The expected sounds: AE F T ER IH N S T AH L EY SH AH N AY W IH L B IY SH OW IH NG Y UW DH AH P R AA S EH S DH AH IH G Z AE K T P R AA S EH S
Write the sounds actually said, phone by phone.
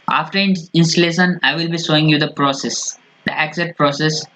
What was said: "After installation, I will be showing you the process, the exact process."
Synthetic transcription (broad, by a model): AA F T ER IH N S T AH L EY SH AH N AY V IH L B IY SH OW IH NG Y UW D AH P R AA S EH S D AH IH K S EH T P R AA S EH S